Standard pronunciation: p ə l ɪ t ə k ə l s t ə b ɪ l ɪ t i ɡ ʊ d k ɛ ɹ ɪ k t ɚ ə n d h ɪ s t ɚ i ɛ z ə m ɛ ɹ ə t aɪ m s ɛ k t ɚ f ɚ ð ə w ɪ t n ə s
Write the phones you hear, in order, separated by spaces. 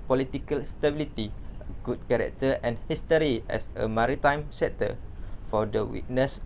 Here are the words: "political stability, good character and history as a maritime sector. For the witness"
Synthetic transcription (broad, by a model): p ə l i t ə k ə l s t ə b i l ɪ t i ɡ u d k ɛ ɹ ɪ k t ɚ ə n h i s t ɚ i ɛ s ə m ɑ ɹ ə t aɪ m s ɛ t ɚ f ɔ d ə w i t n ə s